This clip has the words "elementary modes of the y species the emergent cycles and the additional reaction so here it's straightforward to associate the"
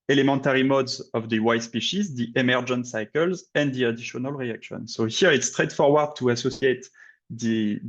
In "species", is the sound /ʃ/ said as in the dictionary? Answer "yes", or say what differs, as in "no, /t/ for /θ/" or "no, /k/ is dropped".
yes